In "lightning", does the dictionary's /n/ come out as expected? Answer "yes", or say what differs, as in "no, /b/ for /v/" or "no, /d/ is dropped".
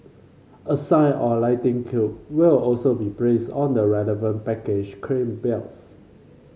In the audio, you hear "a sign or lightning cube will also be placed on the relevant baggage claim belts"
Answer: no, /n/ is dropped